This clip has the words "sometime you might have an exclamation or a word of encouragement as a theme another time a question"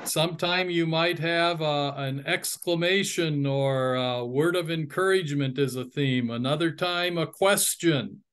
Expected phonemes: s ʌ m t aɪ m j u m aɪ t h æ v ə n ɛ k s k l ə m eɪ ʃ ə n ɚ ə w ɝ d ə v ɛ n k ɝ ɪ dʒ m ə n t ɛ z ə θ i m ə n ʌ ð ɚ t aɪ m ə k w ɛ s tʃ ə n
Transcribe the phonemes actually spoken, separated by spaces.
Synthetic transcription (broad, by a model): s ʌ m t aɪ m j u m aɪ t h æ v ə n ɛ k s k l ə m eɪ ʃ ə n ɚ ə w ɝ d ə v ɛ n k ɝ ɪ dʒ m ə n t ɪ z ə θ i m ə n ʌ ð ɚ t aɪ m ə k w ɛ s tʃ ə n